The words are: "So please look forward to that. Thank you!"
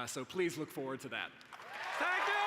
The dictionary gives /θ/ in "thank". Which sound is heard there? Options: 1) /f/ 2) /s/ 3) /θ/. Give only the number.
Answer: 2